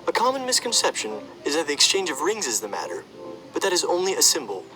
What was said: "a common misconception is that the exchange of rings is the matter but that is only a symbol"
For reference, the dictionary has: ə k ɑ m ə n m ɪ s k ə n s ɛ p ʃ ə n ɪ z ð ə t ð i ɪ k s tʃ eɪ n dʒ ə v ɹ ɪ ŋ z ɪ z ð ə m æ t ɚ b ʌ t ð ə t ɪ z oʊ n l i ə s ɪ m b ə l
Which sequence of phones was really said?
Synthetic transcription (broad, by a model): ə k ɑ m ə n m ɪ s k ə n s ɛ p ʃ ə n ɪ z ð ə t ð i ɪ k s tʃ eɪ n dʒ ə v ɹ ɪ ŋ z ɪ z ð ə m æ t ɚ b ʌ t ð ə t ɪ z oʊ n l i ə s ɪ m b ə l